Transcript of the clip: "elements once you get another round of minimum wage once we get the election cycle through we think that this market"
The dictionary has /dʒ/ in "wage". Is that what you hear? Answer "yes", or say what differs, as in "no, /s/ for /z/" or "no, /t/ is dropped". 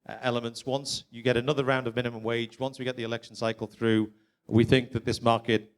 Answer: yes